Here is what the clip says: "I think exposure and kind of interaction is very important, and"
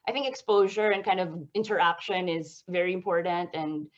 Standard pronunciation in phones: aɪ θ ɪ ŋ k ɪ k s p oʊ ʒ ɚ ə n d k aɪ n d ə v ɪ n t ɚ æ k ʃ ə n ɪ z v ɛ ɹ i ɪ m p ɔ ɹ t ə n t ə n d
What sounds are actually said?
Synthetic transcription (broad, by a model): aɪ θ ɪ ŋ k ɪ k s p oʊ ʒ ɚ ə n k aɪ n d ə v ɪ n t ɚ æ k ʃ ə n ɪ z v ɛ ɹ i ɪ m p ɔ ɹ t n t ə n